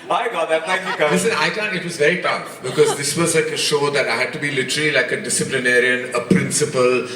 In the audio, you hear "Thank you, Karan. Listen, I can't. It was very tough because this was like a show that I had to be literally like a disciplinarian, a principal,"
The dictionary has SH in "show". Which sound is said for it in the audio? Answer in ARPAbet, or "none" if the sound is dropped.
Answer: SH